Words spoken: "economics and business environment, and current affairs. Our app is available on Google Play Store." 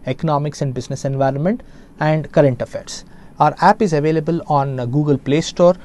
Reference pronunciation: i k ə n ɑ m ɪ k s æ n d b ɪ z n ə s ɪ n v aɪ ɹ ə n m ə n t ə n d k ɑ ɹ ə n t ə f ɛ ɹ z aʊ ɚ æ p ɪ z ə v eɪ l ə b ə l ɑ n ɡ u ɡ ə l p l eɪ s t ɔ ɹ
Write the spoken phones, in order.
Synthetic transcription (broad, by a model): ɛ k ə n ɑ m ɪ k s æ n d b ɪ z n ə s ɪ n v aɪ ɹ ə n m ə n t ə n d k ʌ ɹ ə n t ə f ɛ ɹ s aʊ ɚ æ p ɪ z ə v eɪ l ə b ə l ɑ n ɡ u ɡ ə l p l eɪ s t ɔ ɹ